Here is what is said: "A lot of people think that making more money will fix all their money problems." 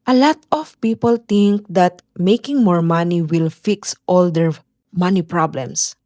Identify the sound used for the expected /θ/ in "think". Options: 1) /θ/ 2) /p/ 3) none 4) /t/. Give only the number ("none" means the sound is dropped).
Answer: 4